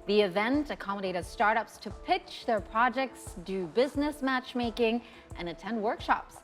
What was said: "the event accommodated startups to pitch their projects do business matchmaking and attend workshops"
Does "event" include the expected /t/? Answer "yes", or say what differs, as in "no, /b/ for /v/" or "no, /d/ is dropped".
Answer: yes